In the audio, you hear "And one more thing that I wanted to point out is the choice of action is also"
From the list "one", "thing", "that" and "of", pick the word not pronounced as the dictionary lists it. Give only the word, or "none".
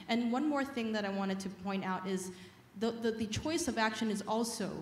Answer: none